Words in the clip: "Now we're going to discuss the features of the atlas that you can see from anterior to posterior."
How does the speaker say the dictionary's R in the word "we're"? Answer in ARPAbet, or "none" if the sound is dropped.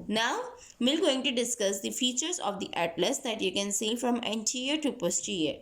L